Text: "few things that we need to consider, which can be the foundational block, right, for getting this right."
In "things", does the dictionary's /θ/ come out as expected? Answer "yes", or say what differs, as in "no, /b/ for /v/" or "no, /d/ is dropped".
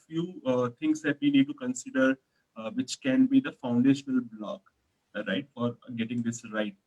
no, /t/ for /θ/